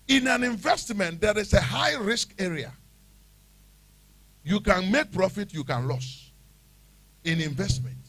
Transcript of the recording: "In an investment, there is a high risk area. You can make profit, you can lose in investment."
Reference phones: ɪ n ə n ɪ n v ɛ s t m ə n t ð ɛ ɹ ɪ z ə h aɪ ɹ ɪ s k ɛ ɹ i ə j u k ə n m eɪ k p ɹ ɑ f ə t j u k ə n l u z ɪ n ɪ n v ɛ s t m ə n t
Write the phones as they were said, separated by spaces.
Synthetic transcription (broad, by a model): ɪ n ə n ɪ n v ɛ s t m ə n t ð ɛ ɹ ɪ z ə h aɪ ɹ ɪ s k ɛ ɹ i ə j u k ə n m eɪ k p ɹ ɑ f ə t j u k ə n l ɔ s ɪ n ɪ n v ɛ s t m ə n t